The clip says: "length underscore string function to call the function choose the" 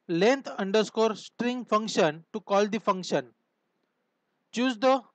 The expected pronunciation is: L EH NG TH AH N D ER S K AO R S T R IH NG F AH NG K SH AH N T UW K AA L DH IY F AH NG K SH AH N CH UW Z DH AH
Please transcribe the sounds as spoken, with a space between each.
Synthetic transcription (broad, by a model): L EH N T AH N D ER S K AO R S T R IH NG F AH NG K SH AH N T UW K AA L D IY F AH NG K SH AH N CH UW Z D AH